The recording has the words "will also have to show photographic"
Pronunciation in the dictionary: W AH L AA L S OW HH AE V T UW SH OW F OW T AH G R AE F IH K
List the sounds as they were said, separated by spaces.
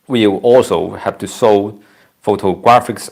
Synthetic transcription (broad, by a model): W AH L AA L S OW HH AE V T UW S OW F OW T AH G R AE F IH K